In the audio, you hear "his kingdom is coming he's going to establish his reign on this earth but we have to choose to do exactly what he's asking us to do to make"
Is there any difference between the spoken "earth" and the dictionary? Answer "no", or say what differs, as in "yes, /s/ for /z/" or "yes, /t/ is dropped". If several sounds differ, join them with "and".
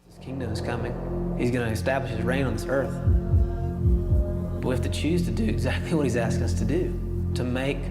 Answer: no